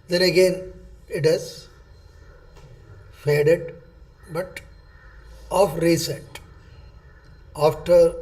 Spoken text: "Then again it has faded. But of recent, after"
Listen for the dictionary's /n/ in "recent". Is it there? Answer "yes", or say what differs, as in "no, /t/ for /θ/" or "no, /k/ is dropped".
no, /n/ is dropped